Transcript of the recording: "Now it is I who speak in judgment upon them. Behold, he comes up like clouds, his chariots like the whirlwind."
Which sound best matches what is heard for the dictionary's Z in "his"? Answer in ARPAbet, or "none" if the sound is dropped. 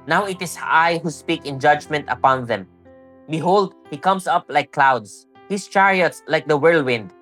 S